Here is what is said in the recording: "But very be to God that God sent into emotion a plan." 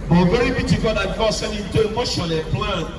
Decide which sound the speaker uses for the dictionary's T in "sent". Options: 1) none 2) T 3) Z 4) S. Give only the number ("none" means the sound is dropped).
1